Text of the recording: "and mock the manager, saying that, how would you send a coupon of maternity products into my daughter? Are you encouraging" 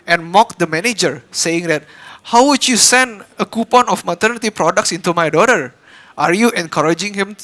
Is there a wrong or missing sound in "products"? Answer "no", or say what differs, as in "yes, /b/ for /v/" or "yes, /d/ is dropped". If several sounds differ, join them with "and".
no